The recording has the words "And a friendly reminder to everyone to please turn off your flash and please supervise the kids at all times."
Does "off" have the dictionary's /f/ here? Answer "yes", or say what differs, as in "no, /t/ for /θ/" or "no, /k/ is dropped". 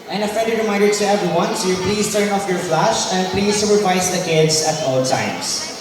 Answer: yes